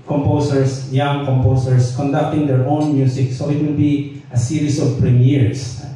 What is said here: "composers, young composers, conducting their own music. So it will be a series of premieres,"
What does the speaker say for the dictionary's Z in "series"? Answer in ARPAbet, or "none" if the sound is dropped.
S